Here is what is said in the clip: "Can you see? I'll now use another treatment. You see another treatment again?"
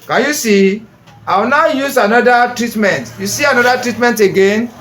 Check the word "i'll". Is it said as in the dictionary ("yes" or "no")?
no